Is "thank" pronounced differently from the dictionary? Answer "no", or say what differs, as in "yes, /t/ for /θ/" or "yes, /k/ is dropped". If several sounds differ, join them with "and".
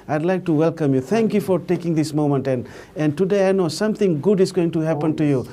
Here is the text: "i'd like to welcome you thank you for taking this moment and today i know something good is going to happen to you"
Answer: yes, /t/ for /θ/